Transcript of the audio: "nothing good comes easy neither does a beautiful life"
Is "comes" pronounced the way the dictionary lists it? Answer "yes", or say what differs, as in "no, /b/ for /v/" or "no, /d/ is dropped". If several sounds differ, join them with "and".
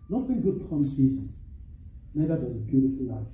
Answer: no, /s/ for /z/